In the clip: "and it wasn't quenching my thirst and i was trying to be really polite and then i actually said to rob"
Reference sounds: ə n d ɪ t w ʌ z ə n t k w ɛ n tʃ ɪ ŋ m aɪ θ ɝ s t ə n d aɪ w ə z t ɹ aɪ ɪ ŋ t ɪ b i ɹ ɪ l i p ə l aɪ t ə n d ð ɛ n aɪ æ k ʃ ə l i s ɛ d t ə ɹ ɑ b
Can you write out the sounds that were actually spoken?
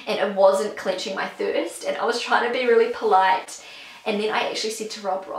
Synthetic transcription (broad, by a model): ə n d ɪ t w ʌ z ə n k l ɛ n tʃ ɪ ŋ m aɪ θ ɝ s t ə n aɪ w ə z t ɹ aɪ ɪ ŋ t ɪ b i ɹ ɪ l i p ə l aɪ t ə n ð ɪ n aɪ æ k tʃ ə l i s ɛ d t ə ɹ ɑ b